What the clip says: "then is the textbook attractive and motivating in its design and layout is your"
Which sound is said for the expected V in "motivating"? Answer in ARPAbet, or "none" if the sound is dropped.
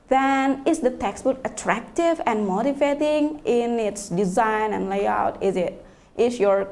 F